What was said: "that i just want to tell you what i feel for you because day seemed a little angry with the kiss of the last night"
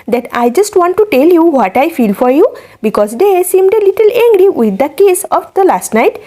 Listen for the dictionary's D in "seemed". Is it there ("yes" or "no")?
yes